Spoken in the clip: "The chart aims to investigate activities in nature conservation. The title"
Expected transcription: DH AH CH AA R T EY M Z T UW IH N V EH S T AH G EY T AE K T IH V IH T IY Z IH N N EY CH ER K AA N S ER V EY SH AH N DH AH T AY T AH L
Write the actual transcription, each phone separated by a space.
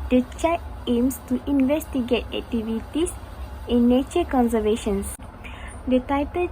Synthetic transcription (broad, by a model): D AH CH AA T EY M S T UW IH N V EH S T AH G EY T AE K T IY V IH T IY S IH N N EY CH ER K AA N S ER V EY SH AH N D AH T AY T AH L